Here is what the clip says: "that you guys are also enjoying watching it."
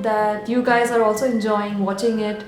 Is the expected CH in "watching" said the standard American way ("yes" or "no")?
yes